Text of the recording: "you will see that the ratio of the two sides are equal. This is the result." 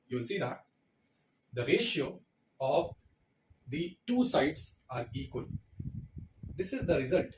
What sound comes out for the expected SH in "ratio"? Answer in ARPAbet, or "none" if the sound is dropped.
SH